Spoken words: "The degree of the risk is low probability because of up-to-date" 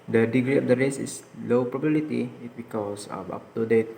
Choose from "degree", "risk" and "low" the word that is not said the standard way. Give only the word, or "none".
risk